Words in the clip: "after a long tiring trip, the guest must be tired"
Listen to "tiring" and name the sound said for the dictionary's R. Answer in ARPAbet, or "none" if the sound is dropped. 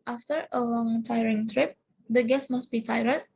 R